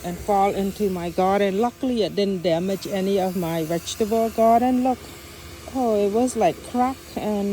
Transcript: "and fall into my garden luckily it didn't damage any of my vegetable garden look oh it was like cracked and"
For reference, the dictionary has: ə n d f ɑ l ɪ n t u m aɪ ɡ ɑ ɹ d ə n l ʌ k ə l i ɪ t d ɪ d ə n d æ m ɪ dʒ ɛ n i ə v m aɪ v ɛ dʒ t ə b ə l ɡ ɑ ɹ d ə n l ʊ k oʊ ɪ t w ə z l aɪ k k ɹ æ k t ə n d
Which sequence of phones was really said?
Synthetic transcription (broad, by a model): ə n f ɑ l ɪ n t u m aɪ ɡ ɑ ɹ d ə n l ʌ k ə l i ɪ t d ɪ d n d æ m ɪ dʒ ɛ n i ə v m aɪ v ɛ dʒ t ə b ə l ɡ ɑ ɹ d ə n l ʊ k oʊ ɪ t w ə z l aɪ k k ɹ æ k ə n